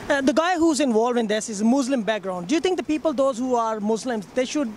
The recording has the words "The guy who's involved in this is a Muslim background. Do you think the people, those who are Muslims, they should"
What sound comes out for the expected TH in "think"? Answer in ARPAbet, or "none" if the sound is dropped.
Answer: T